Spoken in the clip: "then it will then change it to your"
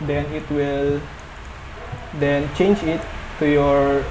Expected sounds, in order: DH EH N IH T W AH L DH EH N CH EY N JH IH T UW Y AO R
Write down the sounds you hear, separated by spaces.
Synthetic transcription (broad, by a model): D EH N IH T W AH L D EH N CH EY N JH IH T UW Y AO R